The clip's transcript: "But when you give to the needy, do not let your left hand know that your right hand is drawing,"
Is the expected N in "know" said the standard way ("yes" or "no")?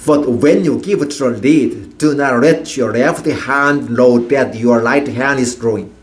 no